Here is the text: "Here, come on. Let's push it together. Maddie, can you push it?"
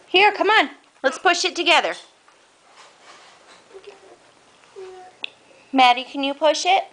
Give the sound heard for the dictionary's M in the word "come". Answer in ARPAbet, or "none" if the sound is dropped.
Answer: M